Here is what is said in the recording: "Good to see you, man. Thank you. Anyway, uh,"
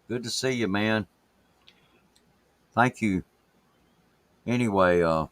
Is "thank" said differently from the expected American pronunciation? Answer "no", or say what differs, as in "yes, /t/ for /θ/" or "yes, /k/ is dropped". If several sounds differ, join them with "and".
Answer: no